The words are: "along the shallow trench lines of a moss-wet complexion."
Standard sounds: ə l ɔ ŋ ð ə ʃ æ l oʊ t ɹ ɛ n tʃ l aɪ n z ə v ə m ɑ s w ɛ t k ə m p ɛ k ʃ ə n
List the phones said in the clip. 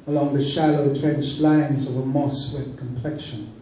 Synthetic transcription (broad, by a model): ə l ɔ ŋ ð ə ʃ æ l oʊ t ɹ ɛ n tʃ l aɪ n z ə v ə m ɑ s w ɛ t k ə m p ɛ k ʃ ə n